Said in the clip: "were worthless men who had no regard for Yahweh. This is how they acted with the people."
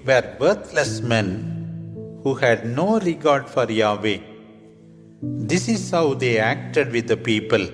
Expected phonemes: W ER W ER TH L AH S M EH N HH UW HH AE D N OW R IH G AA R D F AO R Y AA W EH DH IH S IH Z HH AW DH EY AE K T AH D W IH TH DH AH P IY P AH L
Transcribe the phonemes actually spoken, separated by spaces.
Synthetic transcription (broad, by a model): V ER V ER T L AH S M EH N HH UW HH AE D N OW R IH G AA R D F AO R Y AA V EH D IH S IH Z HH AW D EY AE K T AH D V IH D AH P IY P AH L